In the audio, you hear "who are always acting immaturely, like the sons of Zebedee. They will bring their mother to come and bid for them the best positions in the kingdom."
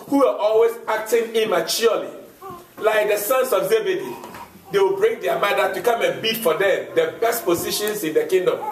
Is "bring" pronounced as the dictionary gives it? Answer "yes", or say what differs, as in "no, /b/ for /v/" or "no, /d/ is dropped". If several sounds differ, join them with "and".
yes